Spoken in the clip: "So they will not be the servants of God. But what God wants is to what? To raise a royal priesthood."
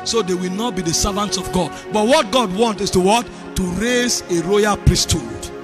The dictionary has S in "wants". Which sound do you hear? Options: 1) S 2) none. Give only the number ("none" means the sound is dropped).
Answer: 2